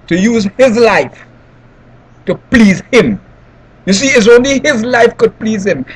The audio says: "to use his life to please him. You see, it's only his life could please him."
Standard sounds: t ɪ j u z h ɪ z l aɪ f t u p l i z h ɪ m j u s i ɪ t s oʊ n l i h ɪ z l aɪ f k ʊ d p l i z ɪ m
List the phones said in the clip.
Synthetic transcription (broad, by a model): t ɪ j u z h ɪ z l aɪ f t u p l i z h ɪ m j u s i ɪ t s oʊ n l i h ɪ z l aɪ f k ʊ d p l i z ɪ m